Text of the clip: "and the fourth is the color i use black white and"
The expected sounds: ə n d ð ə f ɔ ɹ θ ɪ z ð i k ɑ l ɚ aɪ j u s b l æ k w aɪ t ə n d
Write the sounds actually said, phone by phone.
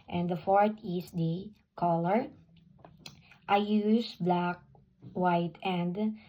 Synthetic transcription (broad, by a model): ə n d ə f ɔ ɹ t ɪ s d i k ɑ l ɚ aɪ j u s b l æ k w aɪ t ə n d